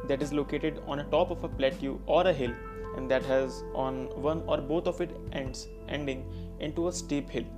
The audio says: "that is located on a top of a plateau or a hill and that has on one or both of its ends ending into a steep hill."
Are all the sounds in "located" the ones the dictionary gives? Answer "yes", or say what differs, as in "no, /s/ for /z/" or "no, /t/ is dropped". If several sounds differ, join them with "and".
yes